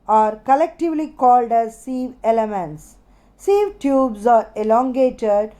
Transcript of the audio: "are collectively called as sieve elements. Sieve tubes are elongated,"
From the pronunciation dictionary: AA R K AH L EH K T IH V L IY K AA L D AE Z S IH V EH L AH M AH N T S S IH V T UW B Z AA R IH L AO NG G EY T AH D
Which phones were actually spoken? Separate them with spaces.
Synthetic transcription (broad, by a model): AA R K AH L EH K T IH V L IY K AA L D AE Z S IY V EH L AH M AH N T S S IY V T UW B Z AA R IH L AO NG G EY T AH D